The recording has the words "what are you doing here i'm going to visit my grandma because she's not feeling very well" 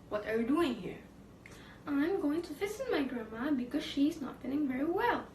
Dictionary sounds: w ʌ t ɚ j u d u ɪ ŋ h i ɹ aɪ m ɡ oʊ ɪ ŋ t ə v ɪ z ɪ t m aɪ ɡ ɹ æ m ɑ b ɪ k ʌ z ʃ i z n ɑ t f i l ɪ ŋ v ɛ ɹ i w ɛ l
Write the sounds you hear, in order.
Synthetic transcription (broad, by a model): w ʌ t ɚ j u d u ɪ ŋ h i ɹ aɪ m ɡ oʊ ɪ ŋ t ə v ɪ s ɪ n m aɪ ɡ ɹ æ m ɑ b ɪ k ʌ z ʃ i z n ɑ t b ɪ n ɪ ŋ v ɛ ɹ i w ɛ l